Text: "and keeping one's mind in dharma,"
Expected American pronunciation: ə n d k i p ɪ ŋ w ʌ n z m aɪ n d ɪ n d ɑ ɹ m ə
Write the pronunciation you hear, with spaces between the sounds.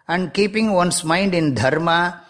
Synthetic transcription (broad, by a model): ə n d k i p ɪ ŋ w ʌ n s m aɪ n d ɪ n d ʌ ɹ m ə